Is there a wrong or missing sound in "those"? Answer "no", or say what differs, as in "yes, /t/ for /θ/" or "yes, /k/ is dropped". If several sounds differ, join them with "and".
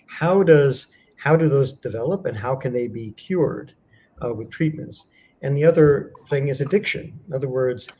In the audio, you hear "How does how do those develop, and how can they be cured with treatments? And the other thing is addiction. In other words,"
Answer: no